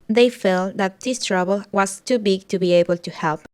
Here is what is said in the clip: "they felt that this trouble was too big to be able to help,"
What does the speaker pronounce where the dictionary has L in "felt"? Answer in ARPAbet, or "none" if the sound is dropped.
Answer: L